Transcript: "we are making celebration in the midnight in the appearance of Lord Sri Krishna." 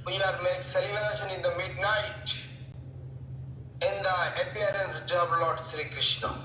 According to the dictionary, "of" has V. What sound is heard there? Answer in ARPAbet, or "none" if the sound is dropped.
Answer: B